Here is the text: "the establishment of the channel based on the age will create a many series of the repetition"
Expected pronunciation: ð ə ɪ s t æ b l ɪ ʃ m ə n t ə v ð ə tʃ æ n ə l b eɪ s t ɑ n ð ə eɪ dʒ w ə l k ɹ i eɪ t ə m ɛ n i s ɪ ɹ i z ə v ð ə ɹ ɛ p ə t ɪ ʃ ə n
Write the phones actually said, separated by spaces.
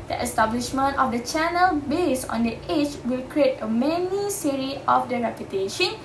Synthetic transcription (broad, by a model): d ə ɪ s t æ b l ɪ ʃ m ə n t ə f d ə tʃ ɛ n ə l b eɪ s ɑ n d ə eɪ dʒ w ə l k ɹ i eɪ t ə m ɛ n i s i ɹ i ə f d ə ɹ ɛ p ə t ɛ ʃ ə n